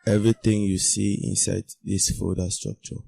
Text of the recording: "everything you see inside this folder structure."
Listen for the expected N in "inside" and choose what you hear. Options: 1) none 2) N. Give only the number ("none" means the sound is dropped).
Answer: 2